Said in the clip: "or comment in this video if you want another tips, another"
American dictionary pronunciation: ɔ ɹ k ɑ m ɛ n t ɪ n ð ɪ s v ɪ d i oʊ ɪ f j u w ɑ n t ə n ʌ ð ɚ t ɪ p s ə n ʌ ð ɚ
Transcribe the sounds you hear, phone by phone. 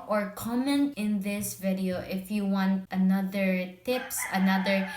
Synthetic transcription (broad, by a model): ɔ ɹ k ɑ m ɛ n t ɪ n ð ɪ s v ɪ d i oʊ ɪ f j u w ɑ n t ə n ʌ ð ɚ t ɪ p s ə n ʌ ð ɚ